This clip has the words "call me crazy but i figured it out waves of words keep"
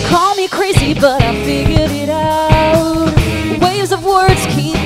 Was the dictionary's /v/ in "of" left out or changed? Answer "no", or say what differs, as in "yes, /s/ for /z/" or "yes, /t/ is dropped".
no